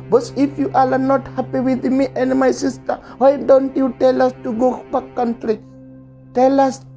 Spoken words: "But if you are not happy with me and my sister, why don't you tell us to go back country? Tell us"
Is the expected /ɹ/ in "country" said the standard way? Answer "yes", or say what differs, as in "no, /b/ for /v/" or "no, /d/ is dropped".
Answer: yes